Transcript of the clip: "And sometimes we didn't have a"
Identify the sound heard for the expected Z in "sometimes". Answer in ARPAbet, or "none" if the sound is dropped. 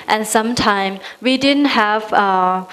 none